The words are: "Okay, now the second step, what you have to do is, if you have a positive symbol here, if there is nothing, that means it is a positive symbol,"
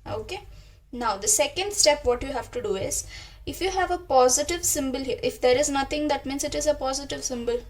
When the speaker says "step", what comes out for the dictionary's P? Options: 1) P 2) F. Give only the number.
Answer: 1